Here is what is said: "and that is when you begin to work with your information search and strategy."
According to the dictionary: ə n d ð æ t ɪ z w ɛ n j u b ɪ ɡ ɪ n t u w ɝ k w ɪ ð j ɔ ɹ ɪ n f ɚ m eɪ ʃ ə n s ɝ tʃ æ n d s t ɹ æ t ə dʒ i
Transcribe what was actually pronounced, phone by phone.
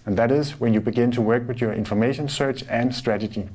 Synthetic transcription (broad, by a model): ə n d ð æ t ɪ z w ɛ n j u b ɪ ɡ ɪ n t u w ɝ k w ɪ ð j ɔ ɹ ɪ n f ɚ m eɪ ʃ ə n s ɝ tʃ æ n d s t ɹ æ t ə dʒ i